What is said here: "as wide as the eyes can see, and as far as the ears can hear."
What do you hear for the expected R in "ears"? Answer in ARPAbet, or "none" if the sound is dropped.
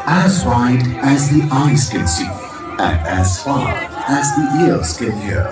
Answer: L